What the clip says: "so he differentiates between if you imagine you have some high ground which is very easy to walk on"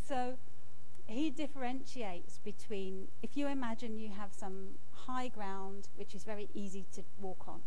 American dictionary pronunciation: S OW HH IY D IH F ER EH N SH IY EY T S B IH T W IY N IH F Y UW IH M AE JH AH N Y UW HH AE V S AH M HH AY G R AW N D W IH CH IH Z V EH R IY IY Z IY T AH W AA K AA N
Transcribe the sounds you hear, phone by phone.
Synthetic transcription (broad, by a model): S OW HH IY D IH F ER EH N SH IY EY T S B IH T W IY N IH F Y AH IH M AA JH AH N Y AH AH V S AH M HH AY G R AW N D W IH CH IH Z V EH R IY IY Z IY T AH W AA K N